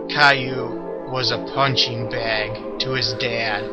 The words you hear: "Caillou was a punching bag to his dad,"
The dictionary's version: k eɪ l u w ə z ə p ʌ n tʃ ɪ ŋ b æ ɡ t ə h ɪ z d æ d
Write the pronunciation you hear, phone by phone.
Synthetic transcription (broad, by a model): k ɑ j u w ə z ə p ʌ n tʃ ɪ ŋ b æ ɡ t ə ɪ z d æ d